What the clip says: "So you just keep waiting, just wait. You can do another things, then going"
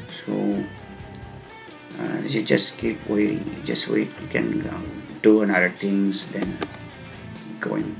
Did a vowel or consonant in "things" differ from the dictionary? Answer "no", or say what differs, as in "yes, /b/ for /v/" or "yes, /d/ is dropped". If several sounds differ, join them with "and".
yes, /t/ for /θ/